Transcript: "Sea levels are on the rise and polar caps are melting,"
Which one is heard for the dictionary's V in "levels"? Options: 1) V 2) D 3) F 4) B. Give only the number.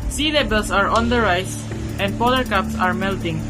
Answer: 4